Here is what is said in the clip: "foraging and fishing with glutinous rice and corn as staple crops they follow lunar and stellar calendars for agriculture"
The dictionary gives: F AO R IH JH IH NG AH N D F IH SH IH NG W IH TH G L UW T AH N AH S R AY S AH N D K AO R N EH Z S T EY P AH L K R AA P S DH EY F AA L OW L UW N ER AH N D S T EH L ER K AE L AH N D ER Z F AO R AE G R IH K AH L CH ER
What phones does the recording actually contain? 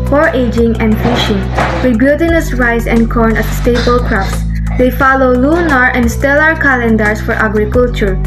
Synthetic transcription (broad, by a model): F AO R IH JH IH NG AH N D F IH SH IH NG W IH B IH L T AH N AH S R AY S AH N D K AO R N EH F S T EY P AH L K R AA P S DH EY F AA L OW L UW N ER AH N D S T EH L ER K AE L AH N D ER S F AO R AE G R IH K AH L CH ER